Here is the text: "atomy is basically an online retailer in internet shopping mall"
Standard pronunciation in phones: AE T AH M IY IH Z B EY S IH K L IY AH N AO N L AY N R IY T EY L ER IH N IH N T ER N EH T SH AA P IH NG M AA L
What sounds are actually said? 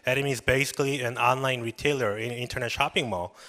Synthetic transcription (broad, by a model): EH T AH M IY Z B EY S IH K L IY AH N AO N L AY N R IY T EY L ER IH N IH N T ER N EH T SH AA P IH NG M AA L